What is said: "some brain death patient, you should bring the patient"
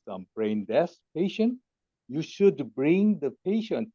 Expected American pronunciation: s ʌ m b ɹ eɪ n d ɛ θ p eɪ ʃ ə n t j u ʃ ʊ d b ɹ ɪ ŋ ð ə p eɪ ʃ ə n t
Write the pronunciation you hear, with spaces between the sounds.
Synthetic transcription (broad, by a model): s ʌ m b ɹ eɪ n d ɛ s p eɪ ʃ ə n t j u ʃ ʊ d b ɹ ɪ ŋ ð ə p eɪ ʃ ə n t